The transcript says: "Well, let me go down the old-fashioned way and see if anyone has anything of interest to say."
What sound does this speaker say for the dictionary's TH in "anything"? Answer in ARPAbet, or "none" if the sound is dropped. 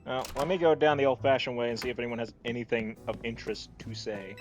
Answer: TH